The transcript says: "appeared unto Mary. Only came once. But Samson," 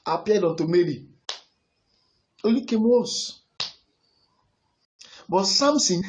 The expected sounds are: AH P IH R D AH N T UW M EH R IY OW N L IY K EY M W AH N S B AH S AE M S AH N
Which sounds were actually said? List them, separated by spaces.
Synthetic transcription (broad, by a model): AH P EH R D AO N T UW M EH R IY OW L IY K EY M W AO S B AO S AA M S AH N